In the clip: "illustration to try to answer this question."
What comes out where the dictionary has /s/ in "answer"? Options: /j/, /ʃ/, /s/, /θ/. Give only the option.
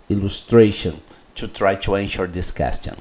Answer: /ʃ/